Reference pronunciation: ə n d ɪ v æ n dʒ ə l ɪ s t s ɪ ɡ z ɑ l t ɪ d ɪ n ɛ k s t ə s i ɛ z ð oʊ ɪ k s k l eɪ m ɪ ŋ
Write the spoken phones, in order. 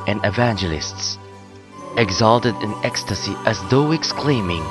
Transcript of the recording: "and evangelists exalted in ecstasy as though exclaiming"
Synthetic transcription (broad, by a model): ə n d ɪ v æ n dʒ ə l ɪ s t s ɪ ɡ z ɑ l t ɪ d ɪ n ɛ k s t ə s i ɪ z ð oʊ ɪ k s k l eɪ m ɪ ŋ